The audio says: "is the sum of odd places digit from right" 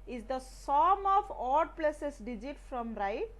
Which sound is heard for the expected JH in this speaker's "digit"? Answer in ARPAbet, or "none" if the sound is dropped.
JH